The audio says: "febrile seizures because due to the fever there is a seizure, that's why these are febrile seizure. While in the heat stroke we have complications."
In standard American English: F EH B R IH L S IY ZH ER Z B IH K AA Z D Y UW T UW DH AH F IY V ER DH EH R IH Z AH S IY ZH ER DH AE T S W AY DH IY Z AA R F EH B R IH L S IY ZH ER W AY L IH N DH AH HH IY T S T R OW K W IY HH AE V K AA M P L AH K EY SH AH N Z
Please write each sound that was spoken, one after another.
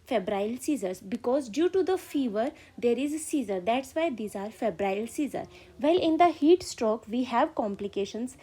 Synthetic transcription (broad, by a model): F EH B R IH L S IY Z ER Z B IH K AA Z D Y UW T UW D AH F IY V ER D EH R IH Z S IY Z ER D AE T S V AY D IY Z AA R F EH B R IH L S IY Z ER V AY L IH N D AH HH IY T S T R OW K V IY HH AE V K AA M P L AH K EY SH AH N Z